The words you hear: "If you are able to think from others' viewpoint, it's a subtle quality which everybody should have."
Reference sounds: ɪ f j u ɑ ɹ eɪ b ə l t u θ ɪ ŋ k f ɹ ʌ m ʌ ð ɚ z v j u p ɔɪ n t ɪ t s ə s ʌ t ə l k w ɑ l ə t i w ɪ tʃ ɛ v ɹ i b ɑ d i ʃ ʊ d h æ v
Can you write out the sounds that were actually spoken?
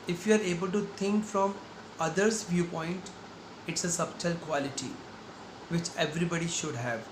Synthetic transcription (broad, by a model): ɪ f j u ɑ ɹ eɪ b ə l t u t ɪ ŋ k f ɹ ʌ m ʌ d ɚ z v j u p ɔɪ n t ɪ t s ə s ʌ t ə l k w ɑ l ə t i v ɪ tʃ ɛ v ɹ i b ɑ d i ʃ ʊ d h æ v